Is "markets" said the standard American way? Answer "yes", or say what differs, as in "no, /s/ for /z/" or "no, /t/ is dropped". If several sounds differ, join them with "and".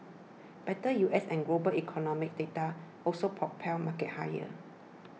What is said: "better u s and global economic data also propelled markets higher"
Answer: no, /s/ is dropped